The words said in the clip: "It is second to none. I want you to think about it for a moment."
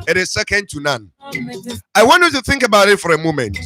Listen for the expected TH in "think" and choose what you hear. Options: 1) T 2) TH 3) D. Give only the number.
2